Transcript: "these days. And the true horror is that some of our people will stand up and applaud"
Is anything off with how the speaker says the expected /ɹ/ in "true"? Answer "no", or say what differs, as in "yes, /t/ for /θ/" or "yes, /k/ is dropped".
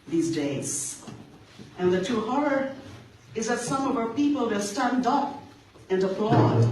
yes, /ɹ/ is dropped